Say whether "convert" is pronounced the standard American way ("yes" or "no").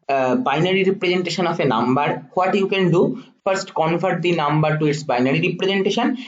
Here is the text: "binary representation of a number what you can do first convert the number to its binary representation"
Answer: no